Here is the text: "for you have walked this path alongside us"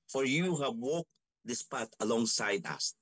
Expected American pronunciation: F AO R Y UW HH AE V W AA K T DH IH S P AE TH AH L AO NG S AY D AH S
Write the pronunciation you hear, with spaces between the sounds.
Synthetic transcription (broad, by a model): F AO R Y UW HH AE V W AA K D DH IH S P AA T AH L AO NG S AY D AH S